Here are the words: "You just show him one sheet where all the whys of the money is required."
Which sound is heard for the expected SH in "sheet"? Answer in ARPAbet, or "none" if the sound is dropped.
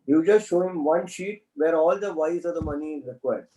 SH